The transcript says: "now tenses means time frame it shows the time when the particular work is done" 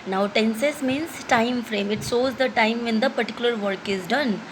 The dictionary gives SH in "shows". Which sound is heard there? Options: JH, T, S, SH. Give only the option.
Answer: S